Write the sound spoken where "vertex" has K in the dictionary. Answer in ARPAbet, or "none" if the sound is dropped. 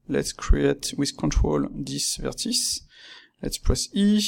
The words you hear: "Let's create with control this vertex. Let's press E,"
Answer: none